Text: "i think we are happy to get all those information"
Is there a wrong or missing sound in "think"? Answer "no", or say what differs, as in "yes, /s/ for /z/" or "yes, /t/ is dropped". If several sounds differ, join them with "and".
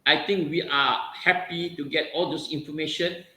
yes, /t/ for /θ/